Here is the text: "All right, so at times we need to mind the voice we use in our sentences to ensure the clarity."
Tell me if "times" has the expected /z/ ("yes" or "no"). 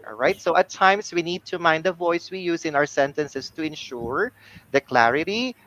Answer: no